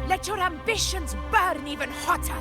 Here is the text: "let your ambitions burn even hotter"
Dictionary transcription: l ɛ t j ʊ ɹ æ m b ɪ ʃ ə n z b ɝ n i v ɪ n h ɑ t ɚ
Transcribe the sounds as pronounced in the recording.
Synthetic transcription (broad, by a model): l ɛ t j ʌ ɹ æ m b ɪ ʃ ə n z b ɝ n i v ɪ n h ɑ t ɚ